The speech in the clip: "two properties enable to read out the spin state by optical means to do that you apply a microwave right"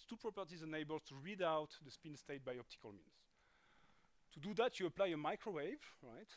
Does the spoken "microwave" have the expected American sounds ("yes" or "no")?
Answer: yes